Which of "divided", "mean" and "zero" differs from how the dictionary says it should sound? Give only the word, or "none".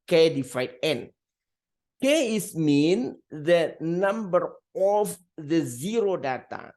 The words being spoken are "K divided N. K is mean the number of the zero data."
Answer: divided